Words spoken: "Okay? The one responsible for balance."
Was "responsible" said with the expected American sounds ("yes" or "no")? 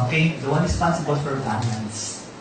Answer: no